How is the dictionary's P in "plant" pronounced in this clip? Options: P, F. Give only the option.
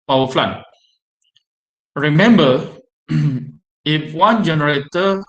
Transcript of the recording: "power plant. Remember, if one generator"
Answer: F